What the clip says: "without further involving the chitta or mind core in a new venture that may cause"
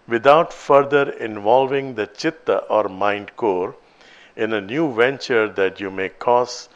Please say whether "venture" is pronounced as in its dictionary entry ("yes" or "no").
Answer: yes